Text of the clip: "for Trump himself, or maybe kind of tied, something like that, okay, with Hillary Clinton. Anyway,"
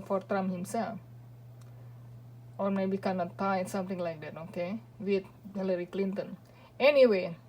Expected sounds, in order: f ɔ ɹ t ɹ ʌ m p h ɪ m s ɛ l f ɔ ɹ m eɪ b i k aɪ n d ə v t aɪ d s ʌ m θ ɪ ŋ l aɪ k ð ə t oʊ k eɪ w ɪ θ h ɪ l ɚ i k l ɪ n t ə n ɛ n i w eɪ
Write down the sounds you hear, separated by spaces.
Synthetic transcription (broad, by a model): f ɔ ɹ t ɹ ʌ m h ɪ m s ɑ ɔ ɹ m eɪ b i k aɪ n ə t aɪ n s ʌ m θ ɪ ŋ l aɪ k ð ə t oʊ k eɪ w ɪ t h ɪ l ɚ i k l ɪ n t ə n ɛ n i w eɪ